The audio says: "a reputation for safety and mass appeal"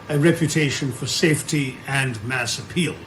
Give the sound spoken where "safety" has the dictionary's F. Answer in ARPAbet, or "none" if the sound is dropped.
F